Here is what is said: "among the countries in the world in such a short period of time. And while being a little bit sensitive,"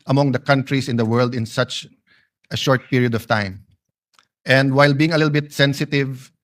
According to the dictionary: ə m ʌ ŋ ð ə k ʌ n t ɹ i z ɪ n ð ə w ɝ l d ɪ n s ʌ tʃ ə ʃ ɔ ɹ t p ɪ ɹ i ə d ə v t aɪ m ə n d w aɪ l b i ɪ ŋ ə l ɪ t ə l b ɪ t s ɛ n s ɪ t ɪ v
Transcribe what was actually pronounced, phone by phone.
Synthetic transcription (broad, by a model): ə m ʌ ŋ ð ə k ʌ n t ɹ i s ɪ n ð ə w ɝ l d ɪ n s ʌ tʃ ə ʃ ɔ ɹ t p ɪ ɹ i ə d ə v t aɪ m ə n d w aɪ l b i ɪ ŋ ə l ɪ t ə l b ɪ t s ɛ n s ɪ t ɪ v